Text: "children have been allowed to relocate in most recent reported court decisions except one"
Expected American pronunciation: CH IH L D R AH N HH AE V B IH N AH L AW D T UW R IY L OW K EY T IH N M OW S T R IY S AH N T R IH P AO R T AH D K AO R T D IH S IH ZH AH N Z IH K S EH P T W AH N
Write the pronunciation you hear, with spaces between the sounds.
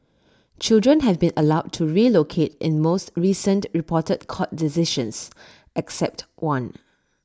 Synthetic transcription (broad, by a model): CH IH L D R AH N HH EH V B IH N AH L AW D T UW R IY L OW K EY T IH N M OW S T R IY S AH N T R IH P AO T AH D K AO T D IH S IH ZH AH N S IH K S EH P T W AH N